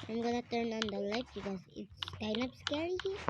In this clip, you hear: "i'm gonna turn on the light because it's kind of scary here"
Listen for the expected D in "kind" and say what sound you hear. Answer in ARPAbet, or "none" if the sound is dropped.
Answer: none